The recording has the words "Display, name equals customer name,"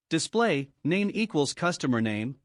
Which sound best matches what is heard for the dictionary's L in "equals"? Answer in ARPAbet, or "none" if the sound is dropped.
L